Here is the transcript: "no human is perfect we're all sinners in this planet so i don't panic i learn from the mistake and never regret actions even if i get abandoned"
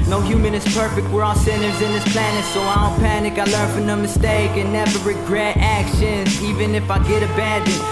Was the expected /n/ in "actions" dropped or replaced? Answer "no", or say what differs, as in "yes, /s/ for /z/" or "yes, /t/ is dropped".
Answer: no